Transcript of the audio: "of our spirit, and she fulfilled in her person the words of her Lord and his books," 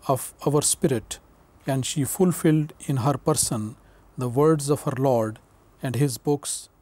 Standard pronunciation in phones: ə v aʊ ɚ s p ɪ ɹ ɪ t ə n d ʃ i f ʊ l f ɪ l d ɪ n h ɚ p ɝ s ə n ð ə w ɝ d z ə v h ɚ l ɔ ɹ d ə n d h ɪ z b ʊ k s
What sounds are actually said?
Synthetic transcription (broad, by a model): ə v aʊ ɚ s p ɪ ɹ ɪ t ə n d ʃ i f ʊ l f ɪ l d ɪ n h ɚ p ɝ s ə n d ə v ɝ d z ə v h ɚ l ɔ ɹ d ə n d h ɪ z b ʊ k s